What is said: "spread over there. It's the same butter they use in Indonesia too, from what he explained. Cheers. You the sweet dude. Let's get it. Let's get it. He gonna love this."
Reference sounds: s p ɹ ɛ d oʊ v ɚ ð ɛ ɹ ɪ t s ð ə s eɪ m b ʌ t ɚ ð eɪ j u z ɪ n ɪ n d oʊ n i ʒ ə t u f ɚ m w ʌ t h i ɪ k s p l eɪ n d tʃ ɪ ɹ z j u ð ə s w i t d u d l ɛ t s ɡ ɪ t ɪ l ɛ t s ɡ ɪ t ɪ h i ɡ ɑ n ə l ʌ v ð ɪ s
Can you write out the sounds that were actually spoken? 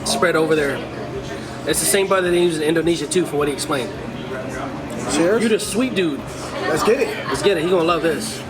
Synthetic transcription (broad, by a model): s p ɹ ɛ d oʊ v ɚ ð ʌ ɹ ɪ t s ð ə s eɪ m b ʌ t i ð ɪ j u z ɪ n ɪ n d oʊ n i ʒ ə t u f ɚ w ʌ t h i ɪ k s p l eɪ n d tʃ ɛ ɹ j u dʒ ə s w i t d u d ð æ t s ɡ ɪ t ɪ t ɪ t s ɡ ɪ t ɪ h i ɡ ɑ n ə l ʌ v ð ɪ s